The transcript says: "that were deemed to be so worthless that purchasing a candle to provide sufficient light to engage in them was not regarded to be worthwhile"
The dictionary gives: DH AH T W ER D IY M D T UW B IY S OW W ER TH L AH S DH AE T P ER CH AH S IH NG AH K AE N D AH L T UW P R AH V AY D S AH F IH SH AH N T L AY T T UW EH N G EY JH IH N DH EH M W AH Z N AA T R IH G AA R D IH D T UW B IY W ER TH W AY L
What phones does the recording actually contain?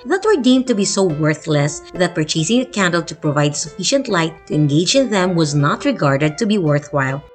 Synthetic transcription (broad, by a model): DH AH T W ER D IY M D T UW B IY S OW W ER TH L AH S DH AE T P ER CH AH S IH NG AH K AE N D AH L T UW P R AH V AY D S AH F IH SH AH N T L AY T T UW EH N G EY JH IH N DH EH M W AH Z N AA T R IH G AA R D IH D T UW B IY W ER TH W AY L